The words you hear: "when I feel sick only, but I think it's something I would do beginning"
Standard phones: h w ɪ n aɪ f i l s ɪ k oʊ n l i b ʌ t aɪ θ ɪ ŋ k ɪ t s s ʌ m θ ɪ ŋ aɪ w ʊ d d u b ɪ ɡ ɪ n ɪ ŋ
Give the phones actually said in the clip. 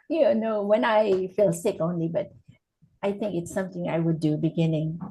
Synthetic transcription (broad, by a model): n w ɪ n aɪ f i l s ɪ k oʊ n l i b ʌ t aɪ θ ɪ ŋ k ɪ t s s ʌ m θ ɪ ŋ aɪ w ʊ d d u b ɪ ɡ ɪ n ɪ ŋ